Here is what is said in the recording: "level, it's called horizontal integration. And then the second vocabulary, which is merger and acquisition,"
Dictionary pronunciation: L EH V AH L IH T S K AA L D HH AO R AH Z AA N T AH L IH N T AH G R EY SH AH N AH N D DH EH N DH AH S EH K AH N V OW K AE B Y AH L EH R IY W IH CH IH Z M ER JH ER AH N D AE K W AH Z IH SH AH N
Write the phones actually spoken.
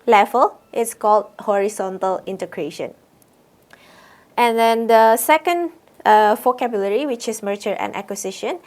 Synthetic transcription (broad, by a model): L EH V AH L IH T S K AA L D HH AO R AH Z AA N T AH L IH N T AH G R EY SH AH N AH N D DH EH N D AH S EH K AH N F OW K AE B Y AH L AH R IY W IH CH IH S M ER CH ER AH N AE K W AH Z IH SH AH N